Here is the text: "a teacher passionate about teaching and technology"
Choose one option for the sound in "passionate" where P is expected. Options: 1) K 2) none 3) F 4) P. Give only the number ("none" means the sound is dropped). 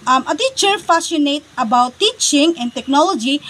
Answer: 3